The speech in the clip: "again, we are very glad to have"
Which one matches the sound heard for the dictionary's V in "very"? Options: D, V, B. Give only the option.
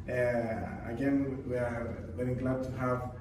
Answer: B